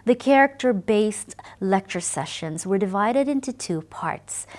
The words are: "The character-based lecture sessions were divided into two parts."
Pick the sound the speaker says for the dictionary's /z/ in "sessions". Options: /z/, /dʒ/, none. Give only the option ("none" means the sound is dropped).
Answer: /z/